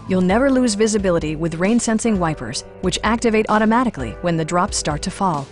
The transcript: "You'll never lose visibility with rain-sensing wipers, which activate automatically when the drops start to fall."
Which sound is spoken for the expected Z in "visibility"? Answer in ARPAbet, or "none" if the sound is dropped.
Z